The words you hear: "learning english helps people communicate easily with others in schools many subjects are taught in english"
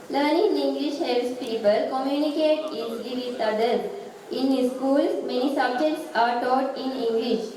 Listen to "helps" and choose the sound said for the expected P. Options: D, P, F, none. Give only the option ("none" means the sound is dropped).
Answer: none